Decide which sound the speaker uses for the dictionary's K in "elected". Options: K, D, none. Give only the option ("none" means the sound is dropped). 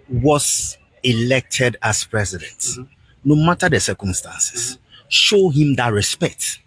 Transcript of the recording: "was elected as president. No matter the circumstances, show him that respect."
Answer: K